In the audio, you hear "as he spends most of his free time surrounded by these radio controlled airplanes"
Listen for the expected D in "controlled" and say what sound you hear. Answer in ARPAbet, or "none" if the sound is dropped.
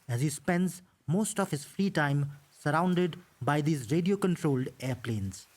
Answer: D